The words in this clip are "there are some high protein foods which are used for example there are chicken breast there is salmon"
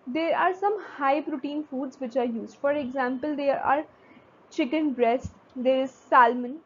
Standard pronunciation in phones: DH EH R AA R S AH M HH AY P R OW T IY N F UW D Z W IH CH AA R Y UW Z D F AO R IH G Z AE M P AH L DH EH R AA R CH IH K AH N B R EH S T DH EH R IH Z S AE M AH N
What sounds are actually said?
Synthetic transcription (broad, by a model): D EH R AA R S AH M HH AY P R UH T IY N F UW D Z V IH CH AA R Y UW Z D F AO R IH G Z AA M P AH L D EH R AA R CH IH K AH N B R EH S T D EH R IH Z S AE M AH N